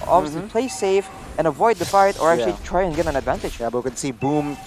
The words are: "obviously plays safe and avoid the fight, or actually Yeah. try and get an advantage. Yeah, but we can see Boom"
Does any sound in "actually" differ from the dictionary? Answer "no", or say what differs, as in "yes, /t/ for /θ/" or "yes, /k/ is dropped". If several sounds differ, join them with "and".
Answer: yes, /l/ is dropped